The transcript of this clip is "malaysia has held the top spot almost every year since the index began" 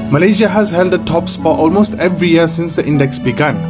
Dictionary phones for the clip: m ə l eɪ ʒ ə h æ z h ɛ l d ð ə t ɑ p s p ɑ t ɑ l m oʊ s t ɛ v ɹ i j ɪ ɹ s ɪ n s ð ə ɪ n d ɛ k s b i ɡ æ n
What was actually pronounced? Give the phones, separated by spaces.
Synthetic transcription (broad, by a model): m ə l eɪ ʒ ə h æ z h ɛ l d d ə t ɑ p s f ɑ t ɑ l m oʊ s t ɛ v ɹ i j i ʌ s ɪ n s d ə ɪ n d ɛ k s b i ɡ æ n